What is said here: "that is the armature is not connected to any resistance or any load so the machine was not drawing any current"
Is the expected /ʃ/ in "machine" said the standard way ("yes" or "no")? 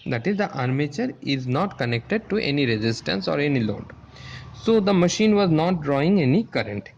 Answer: yes